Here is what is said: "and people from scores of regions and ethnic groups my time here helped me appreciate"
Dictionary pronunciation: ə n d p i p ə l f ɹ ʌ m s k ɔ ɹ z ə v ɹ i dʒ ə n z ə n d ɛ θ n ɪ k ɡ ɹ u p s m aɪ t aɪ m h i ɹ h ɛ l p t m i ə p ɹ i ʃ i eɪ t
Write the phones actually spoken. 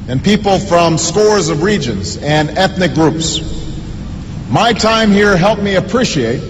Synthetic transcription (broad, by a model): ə n p i p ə l f ɹ ʌ m s k ɔ ɹ z ə v ɹ i dʒ ə n z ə n ɛ θ n ɪ k ɡ ɹ u p s m aɪ t aɪ m h i ɹ h ɛ l p m i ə p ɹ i ʃ i eɪ t